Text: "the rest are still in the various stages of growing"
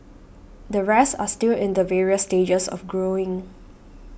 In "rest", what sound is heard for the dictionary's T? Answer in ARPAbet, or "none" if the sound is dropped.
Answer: none